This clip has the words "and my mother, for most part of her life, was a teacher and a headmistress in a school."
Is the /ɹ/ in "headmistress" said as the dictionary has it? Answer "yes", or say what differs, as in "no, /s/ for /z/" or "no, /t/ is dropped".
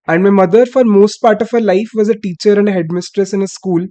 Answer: yes